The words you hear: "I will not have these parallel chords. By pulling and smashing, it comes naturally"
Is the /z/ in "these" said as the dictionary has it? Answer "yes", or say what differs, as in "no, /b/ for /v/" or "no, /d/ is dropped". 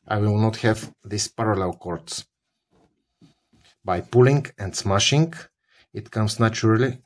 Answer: no, /s/ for /z/